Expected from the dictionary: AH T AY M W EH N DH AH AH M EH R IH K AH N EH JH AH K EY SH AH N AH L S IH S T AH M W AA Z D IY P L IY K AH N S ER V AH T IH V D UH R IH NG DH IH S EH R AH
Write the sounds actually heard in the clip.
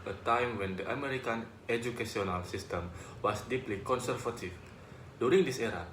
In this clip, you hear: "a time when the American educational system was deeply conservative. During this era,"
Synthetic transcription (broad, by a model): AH T AY M W EH N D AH AH M EH R IH K AH N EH JH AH K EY S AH N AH L S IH S T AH M W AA S D IY P L IY K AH N S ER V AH T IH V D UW R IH NG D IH S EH R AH